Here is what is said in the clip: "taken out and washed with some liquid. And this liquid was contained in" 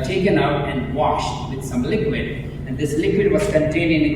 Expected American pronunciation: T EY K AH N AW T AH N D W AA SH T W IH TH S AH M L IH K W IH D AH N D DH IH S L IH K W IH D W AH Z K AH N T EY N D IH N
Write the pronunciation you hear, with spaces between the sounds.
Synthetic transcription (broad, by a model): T EY K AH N AW T AH N D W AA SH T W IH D S AH M L IH K W IH D AH N D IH S L IH K W IH D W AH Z K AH N T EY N IH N